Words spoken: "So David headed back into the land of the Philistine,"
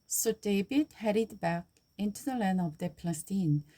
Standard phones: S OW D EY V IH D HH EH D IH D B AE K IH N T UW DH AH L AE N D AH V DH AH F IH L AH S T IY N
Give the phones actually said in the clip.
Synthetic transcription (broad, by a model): S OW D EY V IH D HH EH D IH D B AE K IH N T UW DH AH L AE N AH V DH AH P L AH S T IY N